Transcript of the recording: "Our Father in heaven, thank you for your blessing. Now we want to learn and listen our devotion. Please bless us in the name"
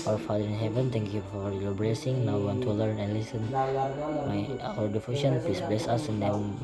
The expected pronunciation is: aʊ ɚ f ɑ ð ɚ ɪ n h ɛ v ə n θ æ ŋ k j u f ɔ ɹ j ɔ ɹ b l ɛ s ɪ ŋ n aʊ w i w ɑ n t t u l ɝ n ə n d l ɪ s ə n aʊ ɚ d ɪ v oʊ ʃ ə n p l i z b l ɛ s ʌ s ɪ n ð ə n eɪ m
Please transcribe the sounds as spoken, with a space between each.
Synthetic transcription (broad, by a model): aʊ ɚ f ɑ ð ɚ ɪ n h ɛ v ə n t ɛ ŋ k j u f ɔ ɹ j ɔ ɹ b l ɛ s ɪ ŋ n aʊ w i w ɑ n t t u l ɝ n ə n l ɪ s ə n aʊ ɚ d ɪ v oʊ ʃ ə n p l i s b l ɛ s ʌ s ɪ n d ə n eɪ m